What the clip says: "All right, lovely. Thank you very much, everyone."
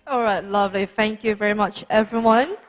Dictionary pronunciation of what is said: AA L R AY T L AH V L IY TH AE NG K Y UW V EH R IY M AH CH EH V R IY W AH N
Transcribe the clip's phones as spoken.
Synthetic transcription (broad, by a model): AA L R AY T L AH V L IY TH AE NG K Y UW V EH R IY M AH CH EH V R IY W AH N